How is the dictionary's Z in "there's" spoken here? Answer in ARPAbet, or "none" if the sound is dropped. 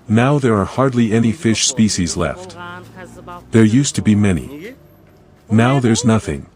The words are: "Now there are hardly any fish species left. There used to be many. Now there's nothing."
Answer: Z